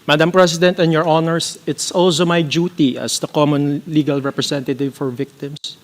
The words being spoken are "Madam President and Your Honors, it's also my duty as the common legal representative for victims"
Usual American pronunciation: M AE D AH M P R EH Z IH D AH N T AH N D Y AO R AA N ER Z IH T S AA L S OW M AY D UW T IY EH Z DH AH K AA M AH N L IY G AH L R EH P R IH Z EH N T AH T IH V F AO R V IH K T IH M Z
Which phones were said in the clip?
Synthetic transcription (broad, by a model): M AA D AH M P R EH S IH D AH N T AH N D Y AO R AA N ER S IH T S AA L S OW M AY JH UW T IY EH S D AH K AA M AH N L IY G AH L R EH P R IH S EH N T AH T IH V F AO R V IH K T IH M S